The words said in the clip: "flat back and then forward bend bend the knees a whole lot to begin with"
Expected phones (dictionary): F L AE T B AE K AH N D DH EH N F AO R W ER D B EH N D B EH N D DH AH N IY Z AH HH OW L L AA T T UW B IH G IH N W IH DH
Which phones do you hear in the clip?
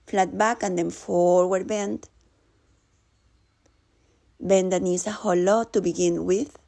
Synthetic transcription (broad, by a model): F L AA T B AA K AH N D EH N F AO R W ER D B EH N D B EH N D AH N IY S AH HH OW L L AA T T UW B IH G IH N W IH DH